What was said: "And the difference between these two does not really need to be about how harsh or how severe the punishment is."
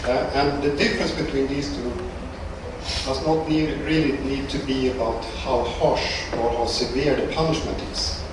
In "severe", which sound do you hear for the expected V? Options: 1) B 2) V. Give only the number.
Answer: 2